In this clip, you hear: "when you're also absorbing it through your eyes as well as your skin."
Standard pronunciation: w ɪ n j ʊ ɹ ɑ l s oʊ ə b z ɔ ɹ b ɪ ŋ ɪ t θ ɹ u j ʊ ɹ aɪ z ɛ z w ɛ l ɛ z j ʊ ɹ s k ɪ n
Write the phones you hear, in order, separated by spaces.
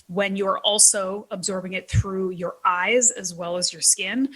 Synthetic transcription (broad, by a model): w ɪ n j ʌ ɹ ɑ l s oʊ ə b z ɔ ɹ b ɪ ŋ ɪ t θ ɹ u j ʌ ɹ aɪ z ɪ z w ɛ l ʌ z j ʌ ɹ s k ɪ n